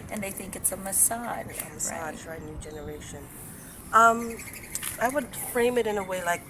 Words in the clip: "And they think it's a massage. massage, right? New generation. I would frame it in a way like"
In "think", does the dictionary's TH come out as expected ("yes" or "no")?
yes